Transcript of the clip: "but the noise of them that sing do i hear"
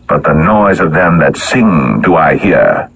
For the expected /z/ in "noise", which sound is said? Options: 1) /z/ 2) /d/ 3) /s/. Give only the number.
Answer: 1